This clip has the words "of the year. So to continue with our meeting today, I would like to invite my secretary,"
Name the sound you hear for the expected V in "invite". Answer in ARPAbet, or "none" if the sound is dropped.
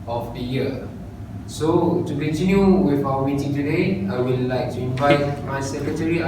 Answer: V